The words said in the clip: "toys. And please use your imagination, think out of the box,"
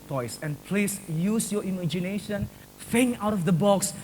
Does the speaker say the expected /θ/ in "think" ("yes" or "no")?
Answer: no